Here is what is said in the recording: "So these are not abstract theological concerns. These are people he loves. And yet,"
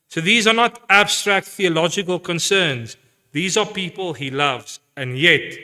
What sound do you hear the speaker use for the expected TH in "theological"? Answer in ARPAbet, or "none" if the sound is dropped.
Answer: TH